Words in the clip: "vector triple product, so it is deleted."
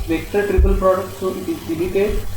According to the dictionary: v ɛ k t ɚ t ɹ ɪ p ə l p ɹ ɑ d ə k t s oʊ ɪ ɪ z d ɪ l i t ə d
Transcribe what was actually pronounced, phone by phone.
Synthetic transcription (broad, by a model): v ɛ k t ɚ t ɹ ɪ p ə l p ɹ ɑ d ə k t s oʊ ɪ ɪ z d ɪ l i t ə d